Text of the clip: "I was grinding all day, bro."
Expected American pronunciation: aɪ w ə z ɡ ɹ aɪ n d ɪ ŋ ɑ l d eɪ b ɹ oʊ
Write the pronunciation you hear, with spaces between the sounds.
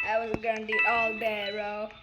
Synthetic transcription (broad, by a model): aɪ w ə z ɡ aɪ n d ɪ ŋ ɑ l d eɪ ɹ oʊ